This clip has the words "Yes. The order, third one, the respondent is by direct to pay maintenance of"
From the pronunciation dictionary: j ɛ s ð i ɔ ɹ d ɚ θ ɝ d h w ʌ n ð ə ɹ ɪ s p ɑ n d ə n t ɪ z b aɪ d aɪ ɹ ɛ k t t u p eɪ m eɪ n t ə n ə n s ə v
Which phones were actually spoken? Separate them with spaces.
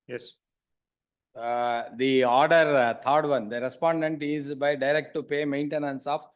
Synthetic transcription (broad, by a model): j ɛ s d i ɔ ɹ d ɚ t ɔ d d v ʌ n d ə ɹ ɪ s p ɑ n d ə n t ɪ z b aɪ d aɪ ɹ ɛ k t t u p eɪ m eɪ n t ə n ə n s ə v